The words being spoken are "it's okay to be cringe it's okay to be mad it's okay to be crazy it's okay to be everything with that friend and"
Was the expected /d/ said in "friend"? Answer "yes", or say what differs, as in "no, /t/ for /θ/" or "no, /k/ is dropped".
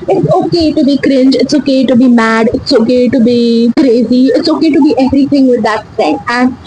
no, /d/ is dropped